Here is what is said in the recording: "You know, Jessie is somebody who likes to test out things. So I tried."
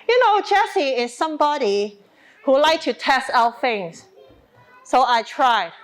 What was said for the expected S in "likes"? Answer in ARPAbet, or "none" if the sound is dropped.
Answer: none